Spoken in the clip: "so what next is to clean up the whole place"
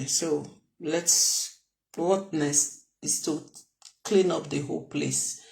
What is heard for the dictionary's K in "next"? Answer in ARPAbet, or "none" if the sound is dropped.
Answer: none